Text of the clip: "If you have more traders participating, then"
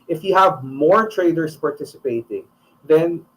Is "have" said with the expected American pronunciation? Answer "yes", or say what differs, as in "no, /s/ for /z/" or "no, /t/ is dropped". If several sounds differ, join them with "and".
yes